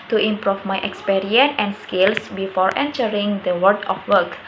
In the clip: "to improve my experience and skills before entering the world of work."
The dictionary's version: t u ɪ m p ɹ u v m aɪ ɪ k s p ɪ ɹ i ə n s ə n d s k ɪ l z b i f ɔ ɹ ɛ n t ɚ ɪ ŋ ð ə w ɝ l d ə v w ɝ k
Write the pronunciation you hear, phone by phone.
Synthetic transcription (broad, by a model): t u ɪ m p ɹ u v m aɪ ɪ k s p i ɹ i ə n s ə n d s k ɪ l s b i f ɔ ɹ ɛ n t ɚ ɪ ŋ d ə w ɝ d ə f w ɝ k